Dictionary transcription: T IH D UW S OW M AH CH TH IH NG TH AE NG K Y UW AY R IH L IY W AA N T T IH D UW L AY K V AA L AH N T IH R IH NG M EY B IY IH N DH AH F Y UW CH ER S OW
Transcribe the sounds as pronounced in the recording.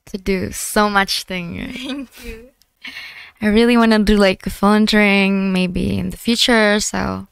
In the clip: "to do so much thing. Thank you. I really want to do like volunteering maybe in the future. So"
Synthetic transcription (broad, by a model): T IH D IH S OW M AH CH TH IH NG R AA AY R IH L IY W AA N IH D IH L AY K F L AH N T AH R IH NG M EY B IY IH N DH AH F Y UW CH ER S OW